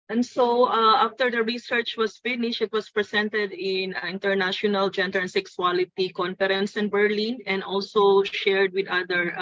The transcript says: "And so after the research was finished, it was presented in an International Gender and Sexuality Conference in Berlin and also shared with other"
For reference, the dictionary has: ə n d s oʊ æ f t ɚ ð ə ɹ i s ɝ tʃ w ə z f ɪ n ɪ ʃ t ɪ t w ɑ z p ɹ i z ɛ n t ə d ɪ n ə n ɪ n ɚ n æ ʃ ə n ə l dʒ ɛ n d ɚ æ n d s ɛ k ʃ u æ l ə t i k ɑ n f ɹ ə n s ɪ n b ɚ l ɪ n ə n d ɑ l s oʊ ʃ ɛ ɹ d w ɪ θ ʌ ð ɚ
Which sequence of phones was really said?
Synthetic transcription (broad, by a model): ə n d s oʊ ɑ f t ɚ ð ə ɹ i s ɝ tʃ w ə s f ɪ n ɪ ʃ ɪ t w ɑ s p ɹ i s ɛ n t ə d ɪ n ə n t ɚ n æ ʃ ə n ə l dʒ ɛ n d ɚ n s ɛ k s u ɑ l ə t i k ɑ n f ɹ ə n s ɪ n b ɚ l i n ə n d ɑ l s oʊ ʃ ɛ ɹ d w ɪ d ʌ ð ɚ